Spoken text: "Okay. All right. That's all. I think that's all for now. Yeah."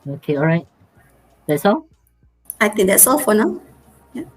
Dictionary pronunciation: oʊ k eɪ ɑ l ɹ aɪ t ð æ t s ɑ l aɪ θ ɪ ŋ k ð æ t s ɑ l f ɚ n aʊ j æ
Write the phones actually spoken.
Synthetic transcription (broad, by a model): oʊ k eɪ ɑ l ɹ aɪ t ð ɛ t s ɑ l aɪ t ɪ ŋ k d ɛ t s ɑ l f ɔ n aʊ j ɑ